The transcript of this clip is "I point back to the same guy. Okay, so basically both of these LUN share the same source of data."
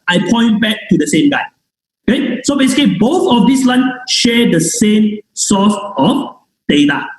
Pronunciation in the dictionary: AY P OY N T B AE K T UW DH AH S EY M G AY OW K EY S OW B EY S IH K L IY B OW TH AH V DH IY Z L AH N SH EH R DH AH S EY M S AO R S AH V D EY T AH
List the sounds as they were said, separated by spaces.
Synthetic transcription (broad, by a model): AY P OY N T B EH K T UW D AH S EY M G AY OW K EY S OW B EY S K IY B OW TH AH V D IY S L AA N SH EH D AH S EY M S AO S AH F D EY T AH